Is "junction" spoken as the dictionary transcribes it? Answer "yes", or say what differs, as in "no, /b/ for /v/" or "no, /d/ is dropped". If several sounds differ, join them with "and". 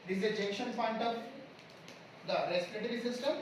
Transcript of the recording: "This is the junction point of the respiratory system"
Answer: no, /ŋ/ is dropped